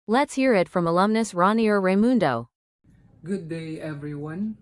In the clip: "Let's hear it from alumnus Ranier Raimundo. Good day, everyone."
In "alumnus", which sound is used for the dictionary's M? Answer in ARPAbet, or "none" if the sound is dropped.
M